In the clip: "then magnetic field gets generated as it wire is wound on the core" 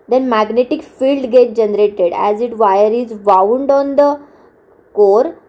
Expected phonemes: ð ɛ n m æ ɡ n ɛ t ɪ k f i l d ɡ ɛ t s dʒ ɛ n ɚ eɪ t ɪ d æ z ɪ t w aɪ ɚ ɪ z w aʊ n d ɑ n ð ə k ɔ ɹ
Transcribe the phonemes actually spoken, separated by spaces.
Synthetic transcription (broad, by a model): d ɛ n m æ ɡ n ɛ t ɪ k f i l d ɡ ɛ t dʒ ɛ n ɚ eɪ t ɪ d æ z ɪ t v aɪ ɚ ɪ z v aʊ n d ɑ n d ə k ɔ ɹ